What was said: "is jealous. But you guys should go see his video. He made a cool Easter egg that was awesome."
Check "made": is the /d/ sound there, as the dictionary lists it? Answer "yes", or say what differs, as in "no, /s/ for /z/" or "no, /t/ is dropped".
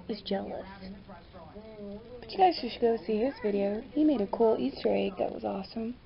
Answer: yes